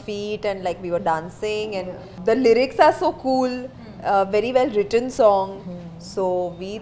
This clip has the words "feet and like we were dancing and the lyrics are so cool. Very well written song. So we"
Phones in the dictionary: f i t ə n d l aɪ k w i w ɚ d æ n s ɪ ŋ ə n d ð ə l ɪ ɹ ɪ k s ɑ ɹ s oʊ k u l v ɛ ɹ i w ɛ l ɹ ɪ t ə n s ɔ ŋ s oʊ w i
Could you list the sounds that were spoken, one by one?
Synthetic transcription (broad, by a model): f i t ə n d l aɪ k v i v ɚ d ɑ n s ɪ ŋ ə n d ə l ɪ ɹ ɪ k s ɑ ɹ s oʊ k u l v ɛ ɹ i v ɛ l ɹ ɪ t ə n s ɔ ŋ s oʊ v i